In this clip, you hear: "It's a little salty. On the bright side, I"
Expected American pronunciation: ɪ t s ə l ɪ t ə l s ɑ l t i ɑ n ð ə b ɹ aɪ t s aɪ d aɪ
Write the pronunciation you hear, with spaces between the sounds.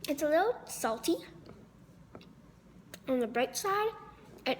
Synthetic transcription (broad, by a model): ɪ t s ə l ɪ t l s ɑ l t i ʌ n ð ə b ɹ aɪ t s aɪ d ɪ